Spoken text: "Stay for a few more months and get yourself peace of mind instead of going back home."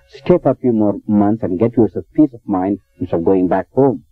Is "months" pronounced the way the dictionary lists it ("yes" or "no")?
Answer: yes